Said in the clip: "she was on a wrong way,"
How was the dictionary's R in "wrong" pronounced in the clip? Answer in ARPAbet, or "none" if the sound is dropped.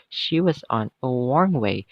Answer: W